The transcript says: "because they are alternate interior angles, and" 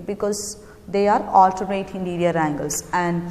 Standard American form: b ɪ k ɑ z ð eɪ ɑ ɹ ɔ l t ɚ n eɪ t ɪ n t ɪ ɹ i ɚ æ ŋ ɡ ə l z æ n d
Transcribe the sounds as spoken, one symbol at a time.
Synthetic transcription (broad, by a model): b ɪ k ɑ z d eɪ ɑ ɹ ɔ l t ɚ eɪ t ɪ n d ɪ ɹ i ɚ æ ŋ ɡ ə l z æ n d